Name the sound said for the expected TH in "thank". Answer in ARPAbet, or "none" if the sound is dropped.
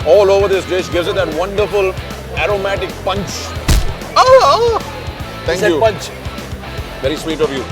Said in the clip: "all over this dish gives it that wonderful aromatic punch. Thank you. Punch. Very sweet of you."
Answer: T